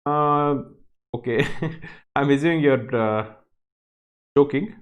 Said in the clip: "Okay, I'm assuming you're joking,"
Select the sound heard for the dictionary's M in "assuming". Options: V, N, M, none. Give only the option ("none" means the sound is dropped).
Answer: none